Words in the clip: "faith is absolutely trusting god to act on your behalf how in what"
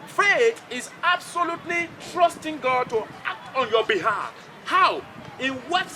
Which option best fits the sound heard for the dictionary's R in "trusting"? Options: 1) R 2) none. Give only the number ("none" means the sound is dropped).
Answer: 1